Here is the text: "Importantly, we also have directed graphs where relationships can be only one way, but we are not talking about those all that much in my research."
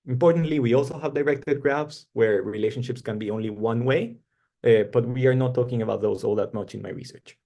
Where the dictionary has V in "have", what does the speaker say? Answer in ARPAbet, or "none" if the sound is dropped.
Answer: V